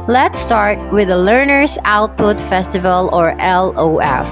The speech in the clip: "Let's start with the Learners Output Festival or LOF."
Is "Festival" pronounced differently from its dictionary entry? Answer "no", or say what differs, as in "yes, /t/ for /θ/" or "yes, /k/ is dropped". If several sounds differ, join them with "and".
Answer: no